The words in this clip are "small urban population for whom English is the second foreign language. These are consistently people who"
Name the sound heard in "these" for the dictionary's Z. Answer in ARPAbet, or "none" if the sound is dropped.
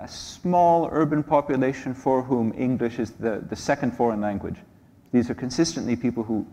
Z